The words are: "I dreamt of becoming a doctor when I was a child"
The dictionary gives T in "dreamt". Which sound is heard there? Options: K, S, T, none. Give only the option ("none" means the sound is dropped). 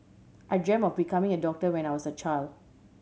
none